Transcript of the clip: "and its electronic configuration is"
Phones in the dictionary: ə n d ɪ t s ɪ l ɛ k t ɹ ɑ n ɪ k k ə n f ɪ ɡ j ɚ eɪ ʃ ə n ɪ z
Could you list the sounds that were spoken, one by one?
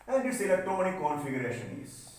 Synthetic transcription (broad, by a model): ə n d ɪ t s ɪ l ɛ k t ɑ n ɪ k k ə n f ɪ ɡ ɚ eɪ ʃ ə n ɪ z